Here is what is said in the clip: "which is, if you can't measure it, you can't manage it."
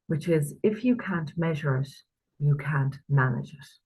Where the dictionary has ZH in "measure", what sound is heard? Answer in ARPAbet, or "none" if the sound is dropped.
ZH